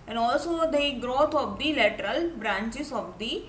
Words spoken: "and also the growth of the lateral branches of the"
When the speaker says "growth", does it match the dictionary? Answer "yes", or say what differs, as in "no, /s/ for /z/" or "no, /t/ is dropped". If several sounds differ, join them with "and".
no, /t/ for /θ/